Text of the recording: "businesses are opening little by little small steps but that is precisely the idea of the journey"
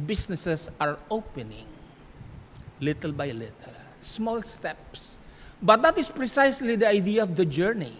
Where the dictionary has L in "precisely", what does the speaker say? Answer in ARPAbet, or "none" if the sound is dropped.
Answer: L